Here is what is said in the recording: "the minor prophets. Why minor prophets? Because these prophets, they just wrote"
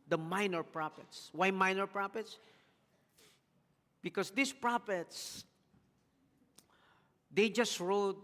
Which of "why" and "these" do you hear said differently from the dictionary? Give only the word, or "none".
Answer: these